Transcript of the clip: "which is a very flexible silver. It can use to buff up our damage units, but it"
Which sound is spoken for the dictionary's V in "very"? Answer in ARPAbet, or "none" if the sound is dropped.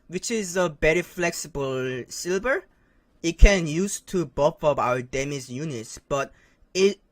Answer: B